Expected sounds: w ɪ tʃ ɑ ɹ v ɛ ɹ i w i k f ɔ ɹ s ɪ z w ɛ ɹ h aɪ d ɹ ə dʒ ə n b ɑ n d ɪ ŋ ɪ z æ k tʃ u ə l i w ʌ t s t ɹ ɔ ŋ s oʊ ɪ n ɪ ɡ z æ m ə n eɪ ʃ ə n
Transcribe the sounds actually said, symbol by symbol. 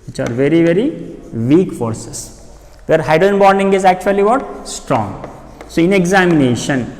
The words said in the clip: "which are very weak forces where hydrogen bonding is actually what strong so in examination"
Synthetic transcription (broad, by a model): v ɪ tʃ ɑ ɹ v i ɹ i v i k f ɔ ɹ s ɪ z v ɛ ɹ h aɪ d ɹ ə ə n b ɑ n d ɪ ŋ ɪ z æ k tʃ u ə l i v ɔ t s t ɹ ɔ ŋ s oʊ ɪ n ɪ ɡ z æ m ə n eɪ ʃ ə n